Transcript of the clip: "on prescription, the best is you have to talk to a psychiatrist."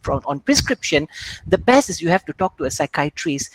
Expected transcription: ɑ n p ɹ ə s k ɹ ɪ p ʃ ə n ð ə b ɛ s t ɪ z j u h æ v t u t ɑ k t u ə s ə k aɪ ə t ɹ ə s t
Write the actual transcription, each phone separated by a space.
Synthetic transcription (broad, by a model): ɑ n p ɹ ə s k ɹ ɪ p ʃ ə n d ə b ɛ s ɪ s j u h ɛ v t u t ɑ k t u ə s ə k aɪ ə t ɹ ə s